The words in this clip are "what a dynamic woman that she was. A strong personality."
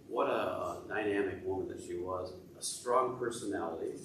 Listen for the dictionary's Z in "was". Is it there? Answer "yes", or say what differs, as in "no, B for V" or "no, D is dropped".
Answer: yes